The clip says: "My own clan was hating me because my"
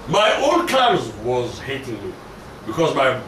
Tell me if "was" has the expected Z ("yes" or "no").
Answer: yes